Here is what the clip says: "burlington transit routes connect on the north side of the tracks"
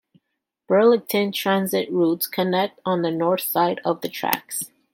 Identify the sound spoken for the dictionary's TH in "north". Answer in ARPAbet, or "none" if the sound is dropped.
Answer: TH